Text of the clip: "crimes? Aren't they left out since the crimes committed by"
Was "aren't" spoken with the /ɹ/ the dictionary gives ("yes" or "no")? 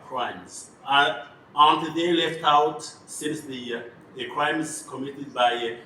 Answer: no